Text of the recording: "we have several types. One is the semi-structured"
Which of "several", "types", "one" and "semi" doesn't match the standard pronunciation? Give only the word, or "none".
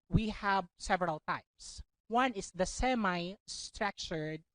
none